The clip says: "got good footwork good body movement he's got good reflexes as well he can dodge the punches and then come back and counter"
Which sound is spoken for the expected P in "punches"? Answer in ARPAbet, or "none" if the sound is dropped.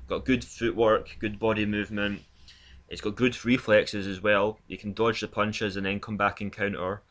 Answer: P